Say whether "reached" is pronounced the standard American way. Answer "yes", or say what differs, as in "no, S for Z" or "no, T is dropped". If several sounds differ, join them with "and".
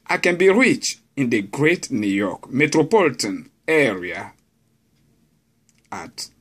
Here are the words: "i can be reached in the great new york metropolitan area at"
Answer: no, T is dropped